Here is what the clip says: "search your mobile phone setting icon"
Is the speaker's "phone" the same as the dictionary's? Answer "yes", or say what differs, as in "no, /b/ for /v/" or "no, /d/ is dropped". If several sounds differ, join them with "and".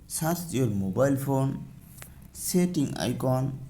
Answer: no, /p/ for /f/